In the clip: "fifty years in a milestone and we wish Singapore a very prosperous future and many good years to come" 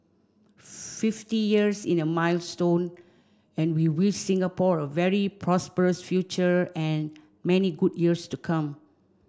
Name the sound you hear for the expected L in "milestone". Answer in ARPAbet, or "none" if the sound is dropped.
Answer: L